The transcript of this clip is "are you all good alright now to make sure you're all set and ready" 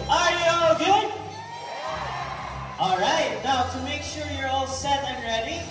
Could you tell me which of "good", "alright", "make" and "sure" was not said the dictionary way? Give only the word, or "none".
none